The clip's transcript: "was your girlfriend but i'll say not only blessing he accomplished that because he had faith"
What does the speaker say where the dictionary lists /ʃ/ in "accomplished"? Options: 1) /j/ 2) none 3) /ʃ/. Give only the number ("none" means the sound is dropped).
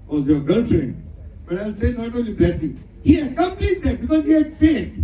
2